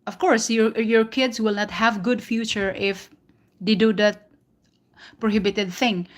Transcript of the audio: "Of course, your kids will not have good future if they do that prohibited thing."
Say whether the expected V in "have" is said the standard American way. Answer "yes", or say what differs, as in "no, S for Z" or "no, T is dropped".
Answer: yes